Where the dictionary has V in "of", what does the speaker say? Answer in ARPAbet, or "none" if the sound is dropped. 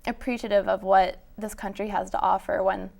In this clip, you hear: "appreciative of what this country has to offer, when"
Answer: V